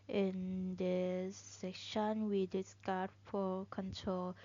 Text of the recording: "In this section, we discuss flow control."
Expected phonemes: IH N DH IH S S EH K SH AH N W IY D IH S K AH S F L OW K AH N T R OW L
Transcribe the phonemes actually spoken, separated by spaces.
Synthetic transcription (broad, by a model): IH N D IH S S EH K SH AH N W IY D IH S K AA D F OW K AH N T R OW L